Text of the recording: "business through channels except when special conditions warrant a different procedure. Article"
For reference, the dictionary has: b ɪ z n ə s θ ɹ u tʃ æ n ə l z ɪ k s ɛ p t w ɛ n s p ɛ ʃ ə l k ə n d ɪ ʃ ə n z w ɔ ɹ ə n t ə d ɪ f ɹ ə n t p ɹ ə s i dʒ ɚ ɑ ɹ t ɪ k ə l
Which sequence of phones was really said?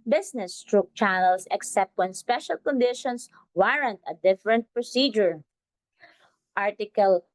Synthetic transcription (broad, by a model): b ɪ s n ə s t ɹ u tʃ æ n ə l s ɪ k s ɛ p t w ɛ n s p ɛ ʃ ə l k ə n d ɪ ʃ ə n s w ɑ ɹ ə n t ə d ɪ f ɹ ə n t p ɹ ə s i dʒ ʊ ɑ ɹ t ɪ k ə l